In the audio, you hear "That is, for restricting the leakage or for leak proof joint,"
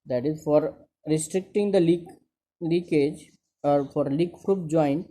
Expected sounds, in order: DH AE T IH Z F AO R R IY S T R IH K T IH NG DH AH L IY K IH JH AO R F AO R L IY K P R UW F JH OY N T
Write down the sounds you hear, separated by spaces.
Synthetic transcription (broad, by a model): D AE T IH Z F AO R R IY S T R IH K T IH NG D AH L IY K IH JH AO R F AO R L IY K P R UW P JH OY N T